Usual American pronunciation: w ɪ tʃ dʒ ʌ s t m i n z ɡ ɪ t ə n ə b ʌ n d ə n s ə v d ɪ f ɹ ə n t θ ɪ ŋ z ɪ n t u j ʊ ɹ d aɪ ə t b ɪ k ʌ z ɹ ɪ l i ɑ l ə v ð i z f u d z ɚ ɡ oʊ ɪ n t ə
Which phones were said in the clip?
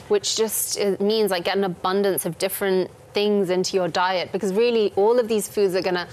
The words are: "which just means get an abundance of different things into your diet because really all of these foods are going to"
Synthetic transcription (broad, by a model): w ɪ tʃ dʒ ʌ s t m i n z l ɪ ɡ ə n ə b ʌ n d ə n s ə v d ɪ f ɹ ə n θ ɪ ŋ z ɪ n t u j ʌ ɹ d aɪ ə t b ɪ k ʌ z ɹ ɪ l i ɑ l ə v ð i z f u d z ɚ ɡ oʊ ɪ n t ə